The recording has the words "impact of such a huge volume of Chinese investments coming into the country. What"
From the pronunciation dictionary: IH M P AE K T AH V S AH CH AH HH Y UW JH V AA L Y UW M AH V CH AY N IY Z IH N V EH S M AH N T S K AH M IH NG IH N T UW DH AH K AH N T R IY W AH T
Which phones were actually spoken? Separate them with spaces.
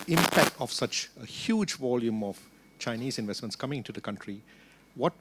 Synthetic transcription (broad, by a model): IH M P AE K T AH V S AH CH AH HH Y UW JH V AA L Y UW M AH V CH AY N IY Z IH N V EH S M AH N T S K AH M IH NG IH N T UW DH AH K AH N T R IY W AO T